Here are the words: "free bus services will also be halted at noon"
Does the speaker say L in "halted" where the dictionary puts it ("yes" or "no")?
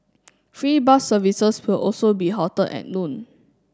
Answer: no